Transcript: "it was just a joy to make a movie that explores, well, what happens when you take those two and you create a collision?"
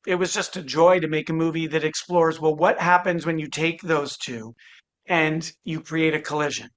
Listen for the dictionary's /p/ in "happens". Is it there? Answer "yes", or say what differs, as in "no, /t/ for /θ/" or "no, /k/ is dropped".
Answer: yes